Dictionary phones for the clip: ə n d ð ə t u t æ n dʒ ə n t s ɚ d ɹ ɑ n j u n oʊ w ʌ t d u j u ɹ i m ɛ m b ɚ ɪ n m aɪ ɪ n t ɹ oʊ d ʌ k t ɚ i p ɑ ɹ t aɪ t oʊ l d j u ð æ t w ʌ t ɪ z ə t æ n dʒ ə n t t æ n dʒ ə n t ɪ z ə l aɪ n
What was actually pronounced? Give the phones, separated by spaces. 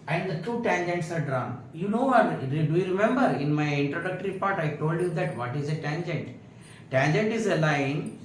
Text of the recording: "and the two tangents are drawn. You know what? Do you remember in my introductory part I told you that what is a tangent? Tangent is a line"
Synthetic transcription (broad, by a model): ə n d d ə t u t æ n dʒ ə n t s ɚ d ɹ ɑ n j u n oʊ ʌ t d u j u ɹ i m ɛ m b ɚ ɪ n m aɪ ɪ n t ɹ oʊ d ʌ k t ɚ i p ɑ ɹ t aɪ t oʊ l d j u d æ t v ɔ t ɪ z ə t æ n dʒ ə n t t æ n dʒ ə n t ɪ z ə l aɪ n